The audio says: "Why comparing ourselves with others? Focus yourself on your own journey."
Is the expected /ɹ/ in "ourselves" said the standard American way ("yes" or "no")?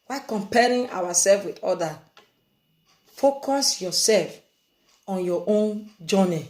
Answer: no